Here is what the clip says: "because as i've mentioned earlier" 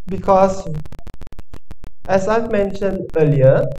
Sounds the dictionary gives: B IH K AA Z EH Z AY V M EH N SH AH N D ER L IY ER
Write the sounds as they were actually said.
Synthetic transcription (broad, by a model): B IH K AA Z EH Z AY V M EH N SH AH N D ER L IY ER